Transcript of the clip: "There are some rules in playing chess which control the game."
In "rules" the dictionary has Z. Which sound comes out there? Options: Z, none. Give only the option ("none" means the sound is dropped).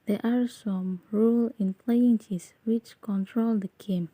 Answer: none